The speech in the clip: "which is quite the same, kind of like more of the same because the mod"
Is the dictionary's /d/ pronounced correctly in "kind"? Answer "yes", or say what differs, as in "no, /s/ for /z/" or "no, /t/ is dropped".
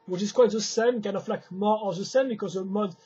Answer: no, /d/ is dropped